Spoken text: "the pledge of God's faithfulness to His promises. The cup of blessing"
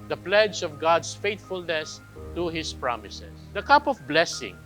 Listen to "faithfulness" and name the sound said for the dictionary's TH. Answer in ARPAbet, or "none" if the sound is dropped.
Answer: T